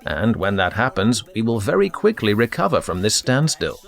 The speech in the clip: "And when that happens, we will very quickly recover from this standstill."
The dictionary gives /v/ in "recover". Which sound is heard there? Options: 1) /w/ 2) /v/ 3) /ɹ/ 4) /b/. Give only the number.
2